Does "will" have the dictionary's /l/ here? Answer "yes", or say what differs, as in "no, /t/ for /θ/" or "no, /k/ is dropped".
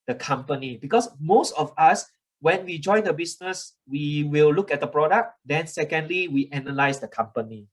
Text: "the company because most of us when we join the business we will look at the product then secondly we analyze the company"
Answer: yes